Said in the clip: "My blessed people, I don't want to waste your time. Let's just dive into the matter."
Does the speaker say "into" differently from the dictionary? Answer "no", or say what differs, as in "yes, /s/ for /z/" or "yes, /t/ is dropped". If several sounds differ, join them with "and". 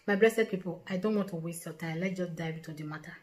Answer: yes, /n/ is dropped